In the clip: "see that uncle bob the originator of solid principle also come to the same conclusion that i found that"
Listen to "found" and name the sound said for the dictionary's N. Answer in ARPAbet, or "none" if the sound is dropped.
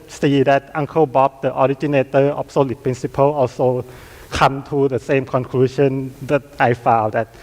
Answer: none